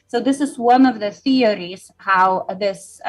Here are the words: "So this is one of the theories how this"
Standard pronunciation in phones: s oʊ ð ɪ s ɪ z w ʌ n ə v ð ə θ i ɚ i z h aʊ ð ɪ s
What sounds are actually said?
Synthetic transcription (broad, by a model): s oʊ ð ɪ s ɪ z w ʌ n ə v ð ə θ i ɚ i z h aʊ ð ɪ s